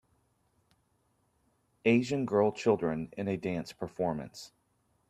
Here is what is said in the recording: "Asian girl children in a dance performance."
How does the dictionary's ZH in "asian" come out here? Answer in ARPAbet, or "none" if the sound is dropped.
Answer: ZH